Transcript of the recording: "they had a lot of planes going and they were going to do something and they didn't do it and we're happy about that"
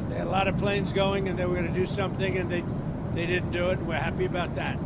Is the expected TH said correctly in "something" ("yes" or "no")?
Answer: yes